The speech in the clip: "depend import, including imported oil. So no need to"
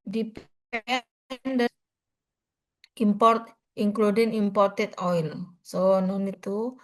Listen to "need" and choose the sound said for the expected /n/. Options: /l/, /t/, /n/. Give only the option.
/n/